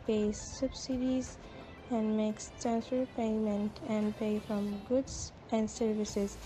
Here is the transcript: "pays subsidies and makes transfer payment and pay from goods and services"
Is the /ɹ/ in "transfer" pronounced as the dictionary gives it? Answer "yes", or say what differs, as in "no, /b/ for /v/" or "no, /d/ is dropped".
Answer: no, /ɹ/ is dropped